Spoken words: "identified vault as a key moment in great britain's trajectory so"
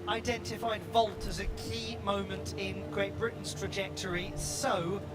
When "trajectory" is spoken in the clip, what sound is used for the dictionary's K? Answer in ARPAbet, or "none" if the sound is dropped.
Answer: K